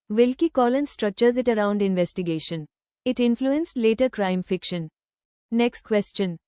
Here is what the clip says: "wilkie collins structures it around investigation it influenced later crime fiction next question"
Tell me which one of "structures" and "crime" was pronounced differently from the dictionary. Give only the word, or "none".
none